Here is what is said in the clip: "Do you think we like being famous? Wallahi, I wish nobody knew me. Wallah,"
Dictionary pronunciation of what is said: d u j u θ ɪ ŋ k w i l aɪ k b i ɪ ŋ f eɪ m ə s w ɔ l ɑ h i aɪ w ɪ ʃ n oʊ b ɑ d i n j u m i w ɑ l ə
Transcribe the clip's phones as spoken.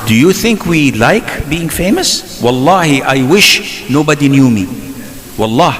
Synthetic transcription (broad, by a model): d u j u θ ɪ ŋ k w i l aɪ k b i ɪ ŋ f eɪ m ə s w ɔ l ɑ h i aɪ w ɪ ʃ n oʊ b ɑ d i n j u m i w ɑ l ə